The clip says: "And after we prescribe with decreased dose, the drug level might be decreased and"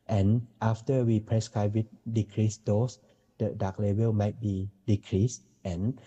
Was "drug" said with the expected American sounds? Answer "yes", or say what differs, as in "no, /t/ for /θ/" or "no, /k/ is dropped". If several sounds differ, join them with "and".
no, /ɹ/ is dropped